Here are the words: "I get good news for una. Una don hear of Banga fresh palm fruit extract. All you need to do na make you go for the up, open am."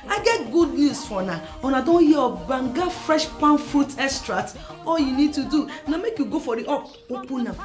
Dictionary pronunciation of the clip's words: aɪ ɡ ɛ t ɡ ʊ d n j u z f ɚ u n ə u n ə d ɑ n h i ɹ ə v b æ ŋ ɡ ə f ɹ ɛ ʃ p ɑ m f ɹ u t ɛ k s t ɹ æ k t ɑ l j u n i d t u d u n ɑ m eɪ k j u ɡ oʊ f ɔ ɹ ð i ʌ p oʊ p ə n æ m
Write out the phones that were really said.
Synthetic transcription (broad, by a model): aɪ ɡ ɛ t ɡ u d n j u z f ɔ n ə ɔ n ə d ɑ n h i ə b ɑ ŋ ɡ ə f ɹ ɛ ʃ p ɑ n f ɹ u t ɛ s t ɹ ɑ t ɑ l j u n i d t u d u n ɑ m eɪ k j u ɡ oʊ f ɔ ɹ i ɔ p oʊ p ə n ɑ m